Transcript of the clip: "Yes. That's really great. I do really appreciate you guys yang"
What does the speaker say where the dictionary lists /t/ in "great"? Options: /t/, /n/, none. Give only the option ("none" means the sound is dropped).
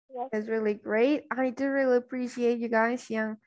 /t/